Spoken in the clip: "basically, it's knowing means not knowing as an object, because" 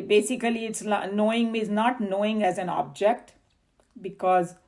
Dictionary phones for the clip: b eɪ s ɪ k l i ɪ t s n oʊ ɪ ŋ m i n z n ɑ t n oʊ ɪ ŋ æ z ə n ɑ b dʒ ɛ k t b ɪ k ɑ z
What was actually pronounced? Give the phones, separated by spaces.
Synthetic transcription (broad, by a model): b eɪ s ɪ k l i ɪ t s n oʊ ɪ ŋ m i z n ɑ t n oʊ ɪ ŋ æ z ə n ɑ b dʒ ɛ k t b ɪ k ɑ z